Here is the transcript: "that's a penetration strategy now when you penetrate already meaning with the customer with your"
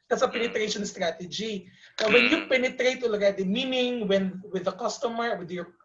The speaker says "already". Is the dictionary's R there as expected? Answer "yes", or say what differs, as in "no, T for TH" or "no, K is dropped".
no, R is dropped